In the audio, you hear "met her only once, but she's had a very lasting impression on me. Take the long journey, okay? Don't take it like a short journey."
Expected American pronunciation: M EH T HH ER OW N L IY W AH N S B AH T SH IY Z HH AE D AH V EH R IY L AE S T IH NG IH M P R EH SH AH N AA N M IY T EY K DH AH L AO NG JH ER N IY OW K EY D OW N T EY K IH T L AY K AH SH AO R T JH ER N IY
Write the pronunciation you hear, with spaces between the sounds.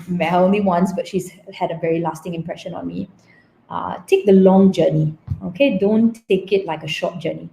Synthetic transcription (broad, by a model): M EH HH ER OW N L IY W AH N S B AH T SH IY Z HH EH D AH V EH R IY L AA S T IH NG IH M P R EH SH AH N AA N M IY T EY K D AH L AO NG JH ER N IY OW K EY D OW N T EY K IH T L AY K AH SH AO T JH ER N IY